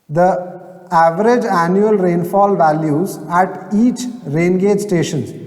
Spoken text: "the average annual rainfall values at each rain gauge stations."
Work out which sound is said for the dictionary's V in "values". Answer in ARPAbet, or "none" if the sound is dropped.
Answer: V